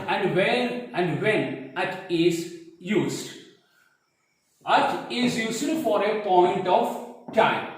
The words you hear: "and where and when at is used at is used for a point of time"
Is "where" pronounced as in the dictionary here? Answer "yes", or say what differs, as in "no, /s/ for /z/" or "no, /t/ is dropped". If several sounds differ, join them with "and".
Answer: no, /l/ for /ɹ/